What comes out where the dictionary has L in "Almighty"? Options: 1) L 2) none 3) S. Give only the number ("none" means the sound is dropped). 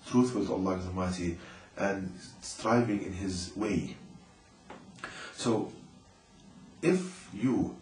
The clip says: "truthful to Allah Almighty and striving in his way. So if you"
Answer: 2